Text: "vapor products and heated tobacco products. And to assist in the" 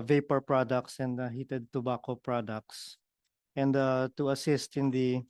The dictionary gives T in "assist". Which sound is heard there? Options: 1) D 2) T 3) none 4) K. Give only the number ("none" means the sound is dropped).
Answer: 2